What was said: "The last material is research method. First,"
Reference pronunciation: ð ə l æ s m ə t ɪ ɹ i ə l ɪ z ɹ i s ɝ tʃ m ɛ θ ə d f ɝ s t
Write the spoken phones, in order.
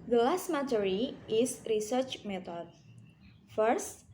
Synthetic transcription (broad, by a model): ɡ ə l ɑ s m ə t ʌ ɹ i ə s ɹ i s ɝ tʃ m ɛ t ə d f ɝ s t